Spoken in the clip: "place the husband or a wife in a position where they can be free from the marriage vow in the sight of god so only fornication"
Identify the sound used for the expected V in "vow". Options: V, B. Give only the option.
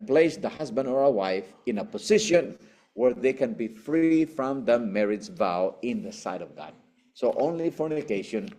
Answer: V